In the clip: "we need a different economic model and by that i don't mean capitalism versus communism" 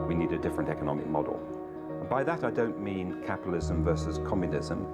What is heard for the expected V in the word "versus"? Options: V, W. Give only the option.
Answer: V